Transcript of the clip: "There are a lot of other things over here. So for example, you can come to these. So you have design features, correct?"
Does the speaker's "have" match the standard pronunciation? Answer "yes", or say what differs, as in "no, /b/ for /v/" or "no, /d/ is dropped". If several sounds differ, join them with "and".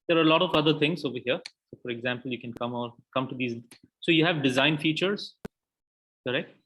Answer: yes